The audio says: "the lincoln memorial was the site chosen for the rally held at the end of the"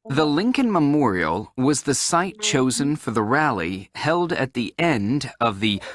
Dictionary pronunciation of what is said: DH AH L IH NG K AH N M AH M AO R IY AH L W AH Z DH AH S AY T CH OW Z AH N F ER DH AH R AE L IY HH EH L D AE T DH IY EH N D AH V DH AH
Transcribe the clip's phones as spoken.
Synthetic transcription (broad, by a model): DH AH L IH NG K AH N M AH M AO R IY L W AH Z DH AH S AY T CH OW Z AH N F ER DH AH R AE L IY HH EH L D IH T DH IY EH N D AH V DH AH